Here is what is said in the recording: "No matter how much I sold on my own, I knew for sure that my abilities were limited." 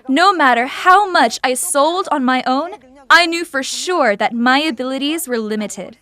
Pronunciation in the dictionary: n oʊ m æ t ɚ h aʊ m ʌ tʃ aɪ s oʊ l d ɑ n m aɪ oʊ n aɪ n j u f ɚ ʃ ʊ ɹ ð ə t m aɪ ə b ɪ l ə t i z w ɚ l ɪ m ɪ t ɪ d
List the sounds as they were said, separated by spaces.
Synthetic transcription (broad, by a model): n oʊ m æ t ɚ h aʊ m ʌ tʃ aɪ s oʊ l d n m aɪ oʊ n aɪ n j u f ɚ ʃ ʊ ɹ ð ə t m aɪ ə b ɪ l ə t i z w ɚ l ɪ m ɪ t ɪ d